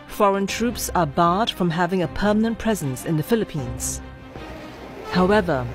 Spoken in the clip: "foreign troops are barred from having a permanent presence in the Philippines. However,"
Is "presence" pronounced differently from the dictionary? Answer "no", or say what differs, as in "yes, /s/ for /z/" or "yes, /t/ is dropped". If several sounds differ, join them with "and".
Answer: no